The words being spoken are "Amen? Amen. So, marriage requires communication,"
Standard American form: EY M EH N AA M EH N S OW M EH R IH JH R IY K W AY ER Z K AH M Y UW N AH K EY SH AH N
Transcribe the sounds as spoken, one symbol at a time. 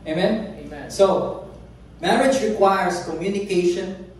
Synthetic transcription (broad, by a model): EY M M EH N S OW M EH R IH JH R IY K W AY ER S K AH M Y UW N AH K EY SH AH N